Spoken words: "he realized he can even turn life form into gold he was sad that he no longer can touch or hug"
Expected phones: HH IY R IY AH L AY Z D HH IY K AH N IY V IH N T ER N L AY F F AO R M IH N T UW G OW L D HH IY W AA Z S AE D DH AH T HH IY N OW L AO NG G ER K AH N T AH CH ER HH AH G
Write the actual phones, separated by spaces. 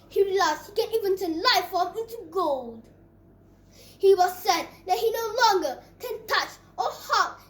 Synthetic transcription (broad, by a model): HH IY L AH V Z HH IY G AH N IY V IH N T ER L AY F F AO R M IH N T UW G OW L D HH IY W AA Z S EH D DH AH T HH IY N OW L AO NG G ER K AH N T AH CH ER HH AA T